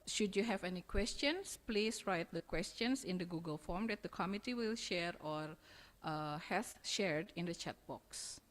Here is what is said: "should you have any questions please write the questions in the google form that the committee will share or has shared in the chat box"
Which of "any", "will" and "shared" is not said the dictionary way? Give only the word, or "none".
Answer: none